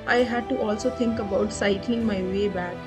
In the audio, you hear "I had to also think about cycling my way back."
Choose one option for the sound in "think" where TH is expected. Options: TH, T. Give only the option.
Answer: T